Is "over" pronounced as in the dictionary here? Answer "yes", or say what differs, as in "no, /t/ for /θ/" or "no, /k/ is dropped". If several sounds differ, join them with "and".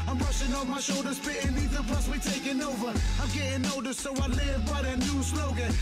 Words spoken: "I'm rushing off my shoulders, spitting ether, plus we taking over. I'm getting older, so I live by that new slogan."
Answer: yes